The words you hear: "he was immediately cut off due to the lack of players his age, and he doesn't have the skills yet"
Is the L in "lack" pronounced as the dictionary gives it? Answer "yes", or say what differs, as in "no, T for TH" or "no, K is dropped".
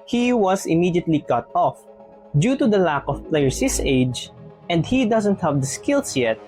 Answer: yes